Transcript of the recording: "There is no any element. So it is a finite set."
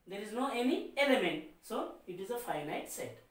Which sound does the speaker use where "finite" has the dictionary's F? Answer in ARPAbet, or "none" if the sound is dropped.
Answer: F